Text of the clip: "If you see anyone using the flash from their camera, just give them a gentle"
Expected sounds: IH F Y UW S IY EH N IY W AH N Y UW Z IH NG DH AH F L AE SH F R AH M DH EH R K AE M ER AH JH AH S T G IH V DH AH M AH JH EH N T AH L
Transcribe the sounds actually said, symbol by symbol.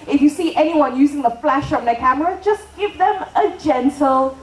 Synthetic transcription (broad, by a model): IH F Y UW S IY EH N IY W AH N Y UW Z IH NG DH AH F L AE SH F R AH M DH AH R K AE M ER AH JH AH S G IH V DH AH M AH JH EH N T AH L